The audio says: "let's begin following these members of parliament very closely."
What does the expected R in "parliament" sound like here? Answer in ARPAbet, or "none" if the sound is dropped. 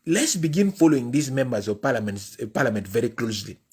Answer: L